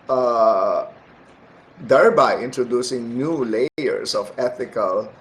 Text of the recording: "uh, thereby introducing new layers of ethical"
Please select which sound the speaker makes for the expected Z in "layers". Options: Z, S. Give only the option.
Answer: S